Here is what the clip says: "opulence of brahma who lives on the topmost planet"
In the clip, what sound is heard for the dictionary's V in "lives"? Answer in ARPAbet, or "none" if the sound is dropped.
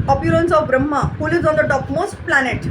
none